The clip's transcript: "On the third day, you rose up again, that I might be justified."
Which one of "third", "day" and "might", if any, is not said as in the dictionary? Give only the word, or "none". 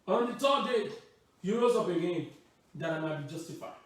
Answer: third